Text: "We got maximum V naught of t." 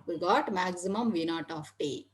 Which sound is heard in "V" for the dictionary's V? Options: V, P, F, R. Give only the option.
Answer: V